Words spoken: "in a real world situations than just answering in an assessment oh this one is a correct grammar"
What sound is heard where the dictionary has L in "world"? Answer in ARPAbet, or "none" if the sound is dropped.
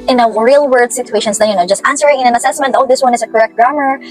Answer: none